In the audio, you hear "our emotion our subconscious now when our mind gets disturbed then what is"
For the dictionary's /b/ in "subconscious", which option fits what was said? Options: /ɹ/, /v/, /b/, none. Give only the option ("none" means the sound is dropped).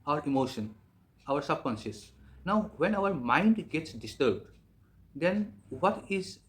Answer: none